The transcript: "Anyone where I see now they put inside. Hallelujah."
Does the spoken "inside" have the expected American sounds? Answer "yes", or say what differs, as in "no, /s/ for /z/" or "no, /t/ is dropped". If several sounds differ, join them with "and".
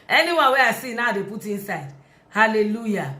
yes